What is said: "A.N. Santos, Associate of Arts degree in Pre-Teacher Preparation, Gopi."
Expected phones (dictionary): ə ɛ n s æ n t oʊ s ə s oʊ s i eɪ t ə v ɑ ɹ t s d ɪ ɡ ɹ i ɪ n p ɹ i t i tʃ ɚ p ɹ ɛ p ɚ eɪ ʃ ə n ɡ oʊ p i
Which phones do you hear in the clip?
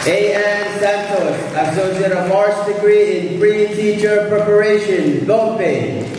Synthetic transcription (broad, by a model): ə ɛ n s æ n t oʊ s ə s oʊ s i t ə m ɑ ɹ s d ɪ ɡ ɹ i ɪ n f ɹ i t i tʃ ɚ p ɹ ɛ p ɚ eɪ ʃ ə n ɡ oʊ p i